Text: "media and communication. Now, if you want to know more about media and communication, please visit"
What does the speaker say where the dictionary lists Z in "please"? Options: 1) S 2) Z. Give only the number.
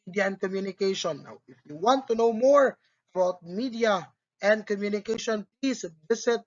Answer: 1